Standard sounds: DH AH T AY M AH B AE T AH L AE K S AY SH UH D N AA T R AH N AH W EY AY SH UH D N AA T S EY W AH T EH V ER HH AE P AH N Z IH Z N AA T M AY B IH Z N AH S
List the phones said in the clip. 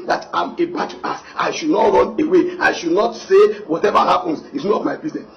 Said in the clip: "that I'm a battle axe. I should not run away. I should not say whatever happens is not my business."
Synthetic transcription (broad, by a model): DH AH T AY M AH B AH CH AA S AY SH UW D N AA T R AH N AH W EY AY SH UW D N AA T S EY W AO T EH V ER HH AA P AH N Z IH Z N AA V M AY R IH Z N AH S